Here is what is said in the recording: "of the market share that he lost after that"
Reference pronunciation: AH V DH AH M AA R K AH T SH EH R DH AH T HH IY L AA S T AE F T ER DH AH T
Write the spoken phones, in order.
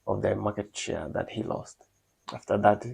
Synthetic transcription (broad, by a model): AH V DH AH M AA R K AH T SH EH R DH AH T HH IY L AA S T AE F T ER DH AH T